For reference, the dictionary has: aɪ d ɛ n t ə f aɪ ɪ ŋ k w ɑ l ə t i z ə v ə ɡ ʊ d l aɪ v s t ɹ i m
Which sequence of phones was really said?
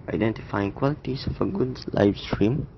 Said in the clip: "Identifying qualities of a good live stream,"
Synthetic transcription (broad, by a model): aɪ d ɛ n t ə f aɪ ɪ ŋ k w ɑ l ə t i s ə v ə ɡ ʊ d l aɪ f s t ɹ i m